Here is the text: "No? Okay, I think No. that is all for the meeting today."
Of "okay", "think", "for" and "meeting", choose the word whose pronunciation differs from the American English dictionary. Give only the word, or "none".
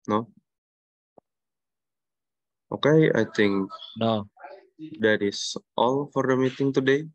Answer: think